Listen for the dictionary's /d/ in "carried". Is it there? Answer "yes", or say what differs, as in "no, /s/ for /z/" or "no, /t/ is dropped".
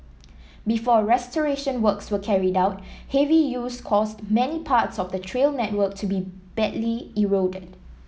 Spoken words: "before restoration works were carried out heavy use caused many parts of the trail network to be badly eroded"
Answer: yes